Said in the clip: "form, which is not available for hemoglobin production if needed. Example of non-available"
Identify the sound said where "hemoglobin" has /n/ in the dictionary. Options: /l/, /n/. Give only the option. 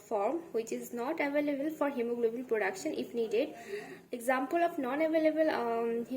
/l/